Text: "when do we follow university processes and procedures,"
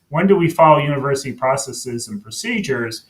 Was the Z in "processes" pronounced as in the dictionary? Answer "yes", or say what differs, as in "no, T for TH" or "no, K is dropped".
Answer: yes